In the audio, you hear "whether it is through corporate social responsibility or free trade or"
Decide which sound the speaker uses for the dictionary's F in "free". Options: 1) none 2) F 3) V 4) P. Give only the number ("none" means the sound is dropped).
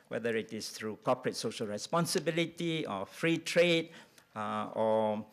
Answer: 2